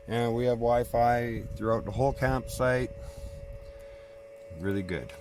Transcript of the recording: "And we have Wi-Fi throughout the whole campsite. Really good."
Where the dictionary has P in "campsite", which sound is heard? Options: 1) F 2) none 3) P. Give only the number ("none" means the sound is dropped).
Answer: 3